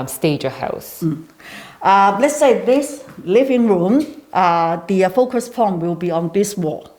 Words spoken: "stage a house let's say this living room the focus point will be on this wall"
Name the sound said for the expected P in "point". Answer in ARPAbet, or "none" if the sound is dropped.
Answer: F